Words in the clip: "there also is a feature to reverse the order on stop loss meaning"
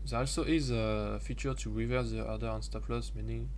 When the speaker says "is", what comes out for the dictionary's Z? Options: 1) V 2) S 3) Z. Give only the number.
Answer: 3